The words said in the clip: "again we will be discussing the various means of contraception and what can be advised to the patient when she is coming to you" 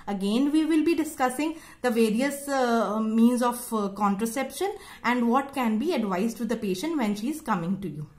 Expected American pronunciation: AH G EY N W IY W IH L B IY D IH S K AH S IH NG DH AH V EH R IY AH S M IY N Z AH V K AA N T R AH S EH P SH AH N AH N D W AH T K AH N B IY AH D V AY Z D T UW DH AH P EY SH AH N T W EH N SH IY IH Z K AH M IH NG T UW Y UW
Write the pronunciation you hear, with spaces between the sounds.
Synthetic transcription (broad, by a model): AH G EY N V IY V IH L B IY D IH S K AH S IH NG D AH V EH R IY AH S M IY N Z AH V K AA N T R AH S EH P SH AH N AH N D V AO T K AH N B IY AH D V AY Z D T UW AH P EY SH AH N T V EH N SH IY IH Z K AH M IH NG T UW Y UW